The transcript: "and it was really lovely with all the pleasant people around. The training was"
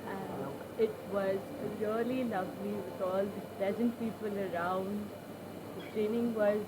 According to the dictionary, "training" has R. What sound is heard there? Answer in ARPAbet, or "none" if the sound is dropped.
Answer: R